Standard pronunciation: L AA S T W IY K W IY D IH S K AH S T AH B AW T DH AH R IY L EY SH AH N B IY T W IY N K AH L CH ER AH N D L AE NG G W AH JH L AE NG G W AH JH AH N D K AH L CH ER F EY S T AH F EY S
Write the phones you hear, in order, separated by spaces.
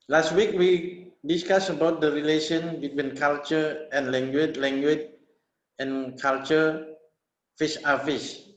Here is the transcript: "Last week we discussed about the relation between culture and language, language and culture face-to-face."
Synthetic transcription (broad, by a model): L AA S T W IY K W IY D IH S K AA S AH B AW T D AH R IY L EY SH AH N B IY T W IY N K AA L CH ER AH N L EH NG G W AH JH L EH NG G W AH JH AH N K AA L CH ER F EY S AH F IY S